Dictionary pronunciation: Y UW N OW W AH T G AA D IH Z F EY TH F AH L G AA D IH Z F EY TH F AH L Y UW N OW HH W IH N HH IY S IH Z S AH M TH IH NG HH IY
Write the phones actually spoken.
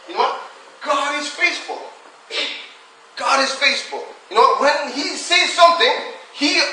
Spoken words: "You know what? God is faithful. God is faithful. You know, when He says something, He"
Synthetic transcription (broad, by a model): Y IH N OW W AH T G AA D IH Z F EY S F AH L G AA D IH Z F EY S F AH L Y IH N OW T W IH N HH IY S IH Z S AH M TH IH NG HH IY